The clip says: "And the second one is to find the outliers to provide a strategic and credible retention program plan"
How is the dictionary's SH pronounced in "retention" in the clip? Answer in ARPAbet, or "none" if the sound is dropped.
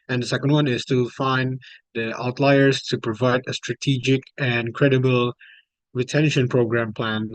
SH